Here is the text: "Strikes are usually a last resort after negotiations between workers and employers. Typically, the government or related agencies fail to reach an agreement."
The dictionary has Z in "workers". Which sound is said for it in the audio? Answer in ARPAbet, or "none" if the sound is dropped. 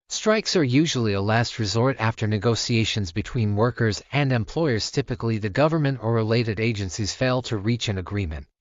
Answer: Z